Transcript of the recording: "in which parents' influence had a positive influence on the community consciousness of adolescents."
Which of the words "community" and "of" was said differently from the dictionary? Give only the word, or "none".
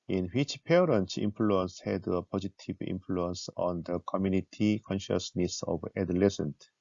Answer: of